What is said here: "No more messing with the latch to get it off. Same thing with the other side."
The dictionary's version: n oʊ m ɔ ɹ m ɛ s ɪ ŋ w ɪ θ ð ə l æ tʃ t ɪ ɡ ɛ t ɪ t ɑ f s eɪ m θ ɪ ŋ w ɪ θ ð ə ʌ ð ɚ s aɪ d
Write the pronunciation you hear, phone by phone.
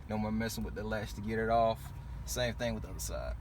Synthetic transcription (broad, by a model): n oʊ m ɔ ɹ m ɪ s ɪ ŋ w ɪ ð ə l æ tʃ t ɪ ɡ ɛ t ɪ t ɑ f s eɪ m θ ɪ ŋ w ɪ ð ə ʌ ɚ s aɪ